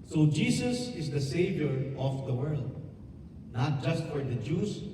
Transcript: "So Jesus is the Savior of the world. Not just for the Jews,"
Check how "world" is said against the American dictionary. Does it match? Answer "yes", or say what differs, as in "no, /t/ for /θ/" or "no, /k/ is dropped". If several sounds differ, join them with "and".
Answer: yes